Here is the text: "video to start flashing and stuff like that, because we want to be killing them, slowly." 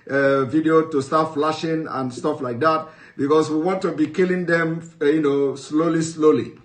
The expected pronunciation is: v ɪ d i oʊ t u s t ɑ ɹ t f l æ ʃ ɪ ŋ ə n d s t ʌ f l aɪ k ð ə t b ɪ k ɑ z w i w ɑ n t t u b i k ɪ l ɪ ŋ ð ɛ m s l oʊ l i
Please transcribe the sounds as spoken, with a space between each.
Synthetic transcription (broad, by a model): v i d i oʊ t u s t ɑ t f l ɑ ʃ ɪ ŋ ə n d s t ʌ f l aɪ k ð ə t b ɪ k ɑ s w i w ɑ n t t u b i k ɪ l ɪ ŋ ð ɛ m s l oʊ l i